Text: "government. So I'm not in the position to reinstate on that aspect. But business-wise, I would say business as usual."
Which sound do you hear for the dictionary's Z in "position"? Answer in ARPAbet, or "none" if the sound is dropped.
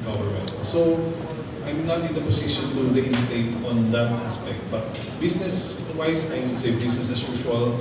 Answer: S